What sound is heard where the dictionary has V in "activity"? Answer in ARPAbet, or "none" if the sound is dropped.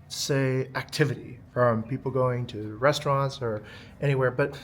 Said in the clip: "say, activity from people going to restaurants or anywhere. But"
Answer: V